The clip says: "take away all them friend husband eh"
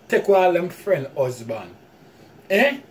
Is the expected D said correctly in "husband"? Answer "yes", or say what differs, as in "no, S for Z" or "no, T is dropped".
no, D is dropped